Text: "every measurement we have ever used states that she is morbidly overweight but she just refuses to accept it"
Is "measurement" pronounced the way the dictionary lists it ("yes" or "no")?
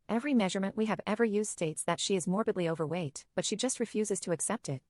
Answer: yes